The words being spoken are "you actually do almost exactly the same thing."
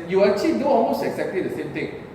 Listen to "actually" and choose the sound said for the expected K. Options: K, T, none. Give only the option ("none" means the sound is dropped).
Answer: none